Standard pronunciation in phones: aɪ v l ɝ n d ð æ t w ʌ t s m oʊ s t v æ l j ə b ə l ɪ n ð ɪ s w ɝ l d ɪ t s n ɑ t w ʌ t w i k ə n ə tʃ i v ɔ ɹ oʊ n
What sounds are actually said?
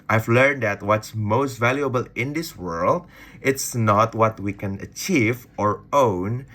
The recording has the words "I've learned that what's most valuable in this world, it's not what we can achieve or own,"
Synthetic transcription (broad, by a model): aɪ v l ɝ n d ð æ t w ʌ t s m oʊ s t v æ l j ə b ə l ɪ n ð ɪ s w ɝ l d ɪ t s n ɑ t w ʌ t w i k ə n ə tʃ i v ɔ ɹ oʊ n